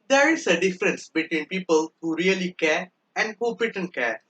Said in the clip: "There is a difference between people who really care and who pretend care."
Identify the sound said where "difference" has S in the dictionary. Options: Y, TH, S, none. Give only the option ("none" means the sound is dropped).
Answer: S